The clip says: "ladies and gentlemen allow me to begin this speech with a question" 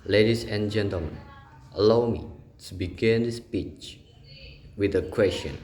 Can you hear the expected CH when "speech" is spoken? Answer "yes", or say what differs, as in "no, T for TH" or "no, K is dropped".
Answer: yes